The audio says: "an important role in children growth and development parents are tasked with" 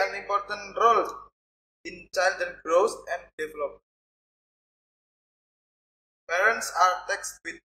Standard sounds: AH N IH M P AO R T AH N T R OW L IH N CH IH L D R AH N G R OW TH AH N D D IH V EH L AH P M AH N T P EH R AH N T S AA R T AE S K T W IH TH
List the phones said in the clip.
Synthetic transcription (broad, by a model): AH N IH M P AO R T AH N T R OW L IH N CH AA L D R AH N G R OW S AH N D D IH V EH L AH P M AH P EH R AH N T S AA R T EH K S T W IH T